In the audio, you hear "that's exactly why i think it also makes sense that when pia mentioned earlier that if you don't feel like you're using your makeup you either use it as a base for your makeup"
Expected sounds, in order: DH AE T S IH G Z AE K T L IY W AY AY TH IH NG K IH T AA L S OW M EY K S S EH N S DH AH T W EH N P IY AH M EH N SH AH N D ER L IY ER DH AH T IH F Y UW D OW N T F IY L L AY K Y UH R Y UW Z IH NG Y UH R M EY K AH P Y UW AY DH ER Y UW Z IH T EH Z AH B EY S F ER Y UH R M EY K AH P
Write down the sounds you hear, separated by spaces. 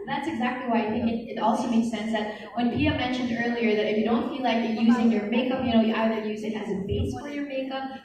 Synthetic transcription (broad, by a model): DH AE T S IH G Z AE K T L IY W AY AY TH IH NG K IH T AA L S OW M EY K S S EH N S DH AH T W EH N P IY AH M EH N SH AH N D ER L IY ER DH AH T IH F Y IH D OW N T F IY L L AY K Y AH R Y UW Z IH NG Y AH R M EY K AH P Y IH AY DH ER Y UW Z IH T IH Z AH B EY S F ER Y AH R M EY K AH P